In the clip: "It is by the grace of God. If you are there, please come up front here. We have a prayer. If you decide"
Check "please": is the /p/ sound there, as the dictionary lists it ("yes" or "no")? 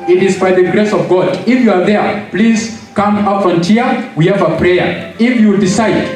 yes